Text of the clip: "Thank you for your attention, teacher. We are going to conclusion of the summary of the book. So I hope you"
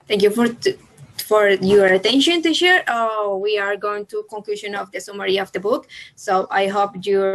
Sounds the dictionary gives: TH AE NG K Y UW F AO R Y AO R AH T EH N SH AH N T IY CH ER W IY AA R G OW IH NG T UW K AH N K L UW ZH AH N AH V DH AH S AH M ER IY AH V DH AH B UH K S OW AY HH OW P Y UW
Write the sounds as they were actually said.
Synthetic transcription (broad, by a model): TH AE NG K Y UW F AO R Y AO R AH T EH N SH AH N T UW SH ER W IY AA R G OW IH NG T UW K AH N K L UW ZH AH N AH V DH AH S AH M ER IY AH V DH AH B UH K S OW AY HH OW P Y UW